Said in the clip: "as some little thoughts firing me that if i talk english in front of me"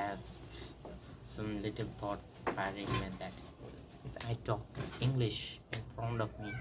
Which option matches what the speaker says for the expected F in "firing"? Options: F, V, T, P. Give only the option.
P